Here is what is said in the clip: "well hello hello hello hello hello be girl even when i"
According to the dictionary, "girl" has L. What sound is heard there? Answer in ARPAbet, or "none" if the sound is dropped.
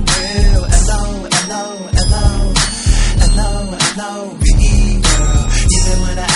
N